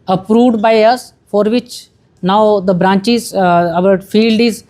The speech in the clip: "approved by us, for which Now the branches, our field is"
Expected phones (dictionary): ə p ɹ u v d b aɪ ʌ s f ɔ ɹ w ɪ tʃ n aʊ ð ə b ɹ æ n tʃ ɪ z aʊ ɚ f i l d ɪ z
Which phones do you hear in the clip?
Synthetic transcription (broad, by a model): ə p ɹ u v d b aɪ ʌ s f ɔ ɹ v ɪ tʃ n aʊ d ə b ɹ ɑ n tʃ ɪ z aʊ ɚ f i l d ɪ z